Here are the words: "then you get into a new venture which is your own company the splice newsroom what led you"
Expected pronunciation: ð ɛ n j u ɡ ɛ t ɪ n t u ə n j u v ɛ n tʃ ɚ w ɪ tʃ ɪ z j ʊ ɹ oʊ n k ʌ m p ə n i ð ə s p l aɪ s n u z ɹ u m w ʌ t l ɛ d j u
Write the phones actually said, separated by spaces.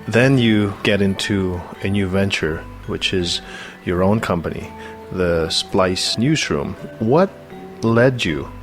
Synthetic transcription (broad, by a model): ð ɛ n j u ɡ ɛ t ɪ n t u ə n j u v ɛ n tʃ ɚ w ɪ tʃ ɪ z j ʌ ɹ oʊ n k ʌ m p ə n i ð ə s p l aɪ s n u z ɹ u m w ʌ t l ɛ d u